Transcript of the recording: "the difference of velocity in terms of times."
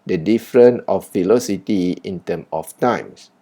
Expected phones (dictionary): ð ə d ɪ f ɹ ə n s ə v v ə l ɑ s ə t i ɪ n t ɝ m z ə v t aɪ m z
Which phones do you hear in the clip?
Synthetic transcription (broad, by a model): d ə d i f ɹ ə n ə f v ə l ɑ s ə t i ɪ n t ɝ m ə f t aɪ m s